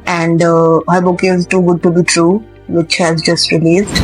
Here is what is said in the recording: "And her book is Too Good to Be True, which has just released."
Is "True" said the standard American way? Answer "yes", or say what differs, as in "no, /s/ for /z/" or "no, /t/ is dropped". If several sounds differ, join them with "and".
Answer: yes